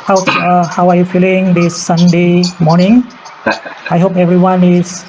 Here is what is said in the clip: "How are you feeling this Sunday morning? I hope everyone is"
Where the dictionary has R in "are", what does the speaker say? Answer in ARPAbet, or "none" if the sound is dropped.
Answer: W